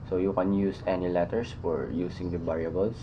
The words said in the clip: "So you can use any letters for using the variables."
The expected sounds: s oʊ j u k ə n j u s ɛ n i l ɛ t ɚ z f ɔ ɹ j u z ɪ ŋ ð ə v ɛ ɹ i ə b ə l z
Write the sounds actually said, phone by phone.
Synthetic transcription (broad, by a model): s oʊ j u k ə n j u s ɛ n i l ɛ t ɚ s f ɔ ɹ j u s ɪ ŋ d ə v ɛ ɹ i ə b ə l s